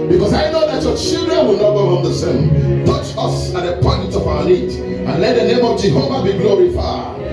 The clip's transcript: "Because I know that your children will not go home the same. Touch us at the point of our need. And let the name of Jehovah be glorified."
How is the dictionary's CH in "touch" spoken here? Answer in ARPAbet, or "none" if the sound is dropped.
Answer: CH